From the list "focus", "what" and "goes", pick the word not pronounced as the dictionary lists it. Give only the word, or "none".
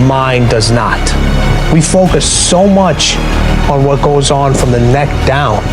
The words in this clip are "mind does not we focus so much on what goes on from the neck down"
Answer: none